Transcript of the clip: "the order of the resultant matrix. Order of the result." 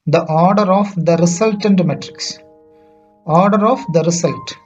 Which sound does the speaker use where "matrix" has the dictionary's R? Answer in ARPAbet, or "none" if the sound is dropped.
R